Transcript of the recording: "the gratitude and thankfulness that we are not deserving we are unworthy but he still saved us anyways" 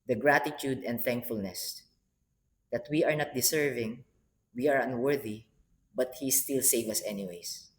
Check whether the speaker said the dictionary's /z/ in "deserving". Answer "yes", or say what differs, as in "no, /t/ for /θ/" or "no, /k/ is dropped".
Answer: no, /s/ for /z/